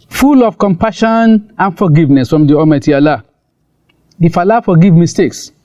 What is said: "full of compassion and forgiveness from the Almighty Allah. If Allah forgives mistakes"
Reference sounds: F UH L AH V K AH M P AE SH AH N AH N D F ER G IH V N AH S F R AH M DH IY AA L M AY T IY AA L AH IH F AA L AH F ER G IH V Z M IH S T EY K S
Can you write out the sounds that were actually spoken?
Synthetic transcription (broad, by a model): F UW L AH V K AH M P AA SH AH N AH N F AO G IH V N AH S F R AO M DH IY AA M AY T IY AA L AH IH F AA L AH F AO G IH V M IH S T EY K S